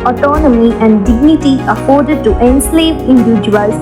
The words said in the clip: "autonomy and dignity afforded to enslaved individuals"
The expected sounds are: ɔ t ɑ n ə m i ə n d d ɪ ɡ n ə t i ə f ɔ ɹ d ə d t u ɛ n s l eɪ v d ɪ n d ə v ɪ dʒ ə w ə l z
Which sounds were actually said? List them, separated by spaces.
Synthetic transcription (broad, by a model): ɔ t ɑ n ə m i ə n d d ɪ ɡ n ə t i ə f ɔ ɹ d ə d t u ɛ n s l eɪ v ɪ n d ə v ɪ dʒ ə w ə l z